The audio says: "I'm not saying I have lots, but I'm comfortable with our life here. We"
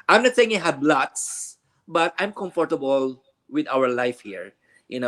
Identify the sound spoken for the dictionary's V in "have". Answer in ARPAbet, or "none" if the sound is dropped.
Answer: B